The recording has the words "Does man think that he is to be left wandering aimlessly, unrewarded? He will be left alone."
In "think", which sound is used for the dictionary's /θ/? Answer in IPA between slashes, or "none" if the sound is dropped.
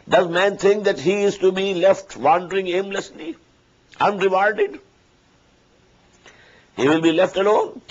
/t/